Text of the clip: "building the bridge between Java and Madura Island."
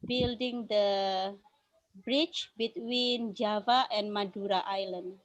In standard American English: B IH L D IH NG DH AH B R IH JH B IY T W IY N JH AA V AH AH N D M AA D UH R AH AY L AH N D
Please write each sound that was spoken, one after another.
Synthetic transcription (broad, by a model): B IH L D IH NG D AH B R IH CH B IY T W IY N JH AA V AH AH N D M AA D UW R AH AY L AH N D